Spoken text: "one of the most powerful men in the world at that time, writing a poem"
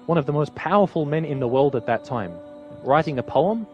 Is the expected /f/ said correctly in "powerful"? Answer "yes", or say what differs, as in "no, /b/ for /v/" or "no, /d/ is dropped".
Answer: yes